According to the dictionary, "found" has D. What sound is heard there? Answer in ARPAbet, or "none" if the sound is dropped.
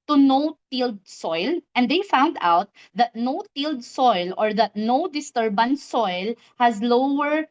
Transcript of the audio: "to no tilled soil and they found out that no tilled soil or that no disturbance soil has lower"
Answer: D